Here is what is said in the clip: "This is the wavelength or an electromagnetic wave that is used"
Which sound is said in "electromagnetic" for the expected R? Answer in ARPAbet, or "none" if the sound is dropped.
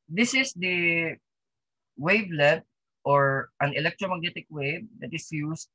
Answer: R